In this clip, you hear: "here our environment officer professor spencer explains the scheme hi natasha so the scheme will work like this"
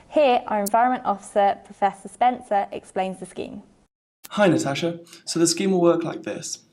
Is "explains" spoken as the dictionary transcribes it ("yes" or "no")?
yes